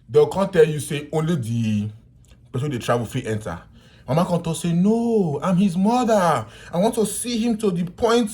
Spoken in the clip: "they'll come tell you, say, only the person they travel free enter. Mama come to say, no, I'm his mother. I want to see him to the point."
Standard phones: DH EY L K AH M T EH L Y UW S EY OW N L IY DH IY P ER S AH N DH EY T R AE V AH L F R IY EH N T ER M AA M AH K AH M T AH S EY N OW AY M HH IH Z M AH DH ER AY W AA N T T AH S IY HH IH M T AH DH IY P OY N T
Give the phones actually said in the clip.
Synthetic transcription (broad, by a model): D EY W K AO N T EH L Y UW S EY OW N L IY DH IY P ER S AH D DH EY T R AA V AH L F IY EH N T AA M AA M AH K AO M T AH S EY N OW AY M HH IH Z M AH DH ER AY W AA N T T AH S IY HH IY M T AH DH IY P OY N T